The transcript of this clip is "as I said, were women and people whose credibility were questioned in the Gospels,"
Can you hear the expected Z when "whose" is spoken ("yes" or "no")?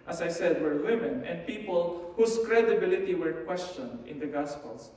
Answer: no